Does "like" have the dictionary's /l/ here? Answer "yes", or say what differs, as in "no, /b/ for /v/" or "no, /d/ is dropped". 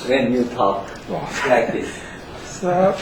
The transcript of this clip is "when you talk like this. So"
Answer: no, /w/ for /l/